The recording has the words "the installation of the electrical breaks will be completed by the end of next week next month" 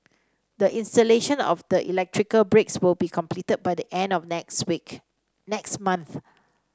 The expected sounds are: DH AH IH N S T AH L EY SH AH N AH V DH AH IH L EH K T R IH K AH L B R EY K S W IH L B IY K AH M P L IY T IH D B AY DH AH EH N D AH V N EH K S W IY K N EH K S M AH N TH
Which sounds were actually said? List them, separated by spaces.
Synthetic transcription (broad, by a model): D AH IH N S T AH L EY SH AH N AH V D AH IH L EH K T R IH K AH L B R EY K S W IH L B IY K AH M P L IY T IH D B AY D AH EH N D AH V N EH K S W IY K N EH K S M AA N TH